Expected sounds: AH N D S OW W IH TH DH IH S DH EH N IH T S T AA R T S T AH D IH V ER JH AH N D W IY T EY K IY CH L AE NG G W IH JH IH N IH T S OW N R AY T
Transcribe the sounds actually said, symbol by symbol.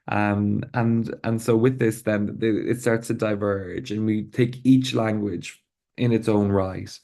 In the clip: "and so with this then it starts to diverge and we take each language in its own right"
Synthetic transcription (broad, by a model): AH N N S OW W IH DH IH S DH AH N IH T S T AA R T S T AH D IH V ER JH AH N W IY T EY K IY CH L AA NG G W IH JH IH N IH T S OW N R AY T